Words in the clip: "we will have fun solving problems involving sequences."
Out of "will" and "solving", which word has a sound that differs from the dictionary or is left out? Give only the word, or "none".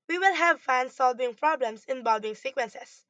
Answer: none